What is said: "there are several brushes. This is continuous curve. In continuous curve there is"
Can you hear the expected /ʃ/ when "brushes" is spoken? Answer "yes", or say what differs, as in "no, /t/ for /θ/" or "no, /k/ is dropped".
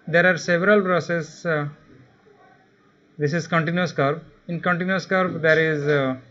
no, /s/ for /ʃ/